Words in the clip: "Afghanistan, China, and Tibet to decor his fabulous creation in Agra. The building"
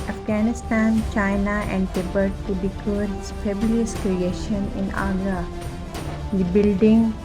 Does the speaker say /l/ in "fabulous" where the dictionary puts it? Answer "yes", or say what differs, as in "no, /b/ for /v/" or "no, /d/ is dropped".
no, /l/ is dropped